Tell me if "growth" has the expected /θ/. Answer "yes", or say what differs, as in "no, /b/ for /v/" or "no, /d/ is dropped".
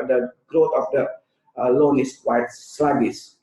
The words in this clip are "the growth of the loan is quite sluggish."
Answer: no, /t/ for /θ/